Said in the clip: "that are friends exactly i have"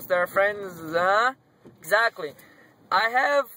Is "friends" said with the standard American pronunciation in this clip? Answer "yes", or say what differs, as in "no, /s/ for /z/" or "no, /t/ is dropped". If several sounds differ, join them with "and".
yes